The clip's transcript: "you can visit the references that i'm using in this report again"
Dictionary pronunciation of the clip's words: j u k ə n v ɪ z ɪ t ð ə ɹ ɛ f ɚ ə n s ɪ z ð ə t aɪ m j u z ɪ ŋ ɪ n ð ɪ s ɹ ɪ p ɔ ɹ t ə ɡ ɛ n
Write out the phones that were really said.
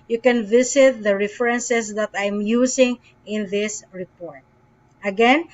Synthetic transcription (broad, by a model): j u k ə n v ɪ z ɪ t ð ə ɹ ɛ f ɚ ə n s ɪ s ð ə t aɪ m j u s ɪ ŋ ɪ n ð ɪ s ɹ ɪ p ɔ ɹ t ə ɡ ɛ n